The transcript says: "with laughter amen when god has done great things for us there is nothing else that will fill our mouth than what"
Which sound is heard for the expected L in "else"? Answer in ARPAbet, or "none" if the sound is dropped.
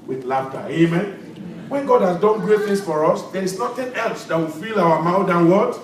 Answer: L